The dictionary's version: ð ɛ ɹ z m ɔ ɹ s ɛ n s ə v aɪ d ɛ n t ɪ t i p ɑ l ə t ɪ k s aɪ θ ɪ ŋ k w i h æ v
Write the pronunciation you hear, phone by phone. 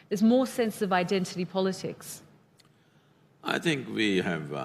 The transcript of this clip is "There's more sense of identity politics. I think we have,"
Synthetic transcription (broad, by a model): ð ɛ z m ɔ s ɛ n s ə v aɪ d ɛ n t ɪ t i p ɑ l ə t ɪ k s aɪ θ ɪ ŋ k w i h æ v